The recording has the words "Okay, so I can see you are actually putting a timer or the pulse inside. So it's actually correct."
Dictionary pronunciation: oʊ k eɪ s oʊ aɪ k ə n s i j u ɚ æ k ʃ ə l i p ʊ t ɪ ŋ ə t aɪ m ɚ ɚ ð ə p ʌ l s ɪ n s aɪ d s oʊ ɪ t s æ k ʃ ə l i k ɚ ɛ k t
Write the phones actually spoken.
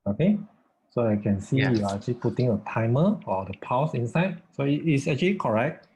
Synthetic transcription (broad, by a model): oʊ k eɪ s oʊ aɪ k ə n s i j u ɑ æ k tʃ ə l i p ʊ t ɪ ŋ ə t aɪ m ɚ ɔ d ə p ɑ s ɪ n s aɪ d s oʊ ɪ t s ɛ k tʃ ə l i k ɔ ɛ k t